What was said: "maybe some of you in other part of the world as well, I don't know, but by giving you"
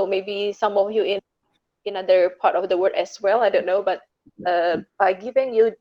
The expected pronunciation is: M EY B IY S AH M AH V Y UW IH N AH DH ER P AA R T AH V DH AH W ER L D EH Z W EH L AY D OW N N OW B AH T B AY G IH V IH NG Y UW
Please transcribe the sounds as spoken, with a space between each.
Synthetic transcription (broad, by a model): M EY B IY S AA M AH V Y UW IH N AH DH ER P AA R T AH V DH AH W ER D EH S W EH L AY D OW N N OW B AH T B AY G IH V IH NG Y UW